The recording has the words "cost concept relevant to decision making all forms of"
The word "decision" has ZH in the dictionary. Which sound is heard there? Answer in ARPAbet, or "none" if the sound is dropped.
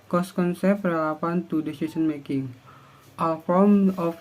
S